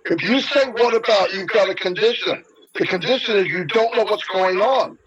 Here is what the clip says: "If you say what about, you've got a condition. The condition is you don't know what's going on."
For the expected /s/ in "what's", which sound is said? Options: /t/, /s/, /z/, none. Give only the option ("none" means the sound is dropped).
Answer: /s/